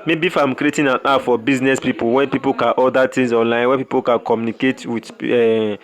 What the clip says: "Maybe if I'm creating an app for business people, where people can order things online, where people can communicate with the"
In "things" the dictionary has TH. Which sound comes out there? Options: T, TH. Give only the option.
T